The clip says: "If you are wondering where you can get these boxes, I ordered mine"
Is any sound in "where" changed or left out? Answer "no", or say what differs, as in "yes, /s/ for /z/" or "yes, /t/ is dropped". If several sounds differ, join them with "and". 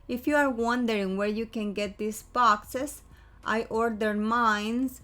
no